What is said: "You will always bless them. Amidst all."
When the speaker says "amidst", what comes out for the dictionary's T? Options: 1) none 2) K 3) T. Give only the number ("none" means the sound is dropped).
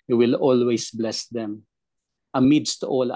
3